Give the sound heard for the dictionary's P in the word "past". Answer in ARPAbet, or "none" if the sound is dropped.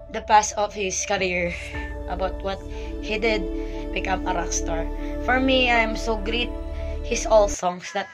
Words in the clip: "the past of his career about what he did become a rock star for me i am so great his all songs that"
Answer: P